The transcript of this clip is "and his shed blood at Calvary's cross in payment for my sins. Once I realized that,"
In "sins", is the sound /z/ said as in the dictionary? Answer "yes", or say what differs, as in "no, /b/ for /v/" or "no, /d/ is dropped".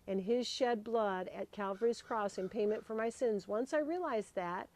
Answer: yes